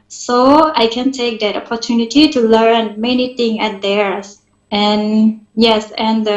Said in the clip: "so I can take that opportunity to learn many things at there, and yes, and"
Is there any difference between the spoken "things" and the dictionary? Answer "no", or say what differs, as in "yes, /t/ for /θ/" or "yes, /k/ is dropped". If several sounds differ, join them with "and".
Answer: yes, /z/ is dropped